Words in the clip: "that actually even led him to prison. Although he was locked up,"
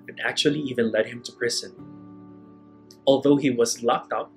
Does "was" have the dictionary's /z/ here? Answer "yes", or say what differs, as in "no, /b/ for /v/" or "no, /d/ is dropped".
yes